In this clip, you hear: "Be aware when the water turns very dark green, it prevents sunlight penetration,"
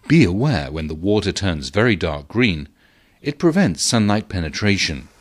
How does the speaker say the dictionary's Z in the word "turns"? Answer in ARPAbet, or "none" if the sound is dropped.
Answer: Z